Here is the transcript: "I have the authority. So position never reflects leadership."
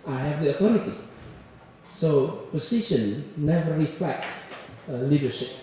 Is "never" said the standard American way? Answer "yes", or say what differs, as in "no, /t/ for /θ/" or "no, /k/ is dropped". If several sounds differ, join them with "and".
yes